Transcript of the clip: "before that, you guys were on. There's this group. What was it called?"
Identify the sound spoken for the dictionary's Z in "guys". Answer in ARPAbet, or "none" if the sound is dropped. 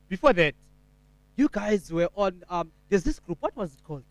Z